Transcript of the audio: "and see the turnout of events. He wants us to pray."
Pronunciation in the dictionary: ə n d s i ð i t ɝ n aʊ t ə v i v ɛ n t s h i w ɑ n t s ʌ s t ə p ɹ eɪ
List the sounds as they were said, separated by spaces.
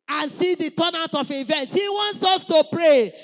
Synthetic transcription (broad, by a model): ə n s i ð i t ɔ n aʊ t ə f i v ɛ n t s h i w ɑ n t s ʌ s t ə p ɹ eɪ